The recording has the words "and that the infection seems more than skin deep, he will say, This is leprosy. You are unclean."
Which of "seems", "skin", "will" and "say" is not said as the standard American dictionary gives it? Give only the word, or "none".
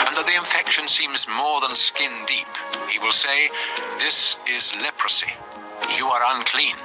none